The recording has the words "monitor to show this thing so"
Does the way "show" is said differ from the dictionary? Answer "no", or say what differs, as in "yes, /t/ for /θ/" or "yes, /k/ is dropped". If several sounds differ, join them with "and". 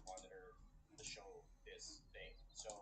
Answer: no